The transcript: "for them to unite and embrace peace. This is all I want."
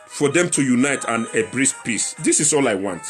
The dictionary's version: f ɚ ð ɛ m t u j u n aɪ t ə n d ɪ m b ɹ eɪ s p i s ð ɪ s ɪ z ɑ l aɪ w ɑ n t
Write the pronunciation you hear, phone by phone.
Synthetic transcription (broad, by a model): f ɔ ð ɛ m t u j u n aɪ t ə n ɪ b ɹ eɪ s p i s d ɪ s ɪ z ɑ l aɪ w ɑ n t